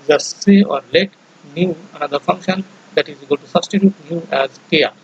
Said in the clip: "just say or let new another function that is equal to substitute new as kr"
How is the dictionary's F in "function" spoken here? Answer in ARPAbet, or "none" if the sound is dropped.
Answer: F